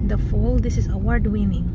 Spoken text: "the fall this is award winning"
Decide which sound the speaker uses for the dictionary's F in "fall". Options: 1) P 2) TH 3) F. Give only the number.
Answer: 3